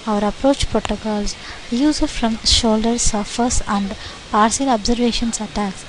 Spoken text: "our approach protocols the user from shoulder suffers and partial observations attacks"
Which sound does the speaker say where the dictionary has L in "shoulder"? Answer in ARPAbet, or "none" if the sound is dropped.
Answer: L